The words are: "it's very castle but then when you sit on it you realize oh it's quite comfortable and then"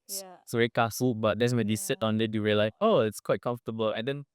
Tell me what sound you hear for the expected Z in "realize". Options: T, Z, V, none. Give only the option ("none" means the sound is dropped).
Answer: none